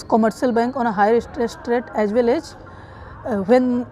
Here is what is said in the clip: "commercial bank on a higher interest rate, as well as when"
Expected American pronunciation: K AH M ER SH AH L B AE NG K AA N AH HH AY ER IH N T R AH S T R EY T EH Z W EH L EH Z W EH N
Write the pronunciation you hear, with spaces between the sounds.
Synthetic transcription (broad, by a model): K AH M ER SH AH L B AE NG K AA N AH HH AY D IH T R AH S T R EY T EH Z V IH L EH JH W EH N